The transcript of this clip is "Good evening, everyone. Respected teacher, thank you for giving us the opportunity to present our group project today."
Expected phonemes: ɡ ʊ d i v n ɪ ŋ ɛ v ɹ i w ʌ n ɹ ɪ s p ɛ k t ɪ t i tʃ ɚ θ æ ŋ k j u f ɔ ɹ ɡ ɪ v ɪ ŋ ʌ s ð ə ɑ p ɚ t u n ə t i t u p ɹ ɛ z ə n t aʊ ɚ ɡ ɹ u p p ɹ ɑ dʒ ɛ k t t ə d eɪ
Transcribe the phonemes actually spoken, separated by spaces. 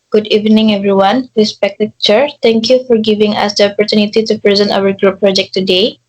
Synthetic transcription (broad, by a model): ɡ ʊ d i v n ɪ ŋ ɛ v ɹ i w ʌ n ɹ ɪ s p ɛ k t ɪ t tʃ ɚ t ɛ ŋ k j u f ɔ ɹ ɡ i v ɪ ŋ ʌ s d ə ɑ p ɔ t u n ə t i t u p ɹ ɛ z ə n t aʊ ɚ ɡ ɹ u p p ɹ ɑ dʒ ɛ k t t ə d eɪ